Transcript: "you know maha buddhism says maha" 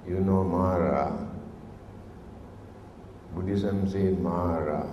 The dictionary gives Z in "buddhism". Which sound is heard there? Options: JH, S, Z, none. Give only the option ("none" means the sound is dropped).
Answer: S